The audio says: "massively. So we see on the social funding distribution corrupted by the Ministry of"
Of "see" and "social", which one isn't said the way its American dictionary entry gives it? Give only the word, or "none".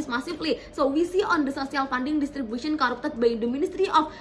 social